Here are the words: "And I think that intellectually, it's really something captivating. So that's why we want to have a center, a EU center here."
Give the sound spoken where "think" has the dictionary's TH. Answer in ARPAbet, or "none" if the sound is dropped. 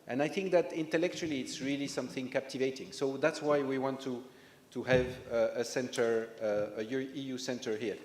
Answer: TH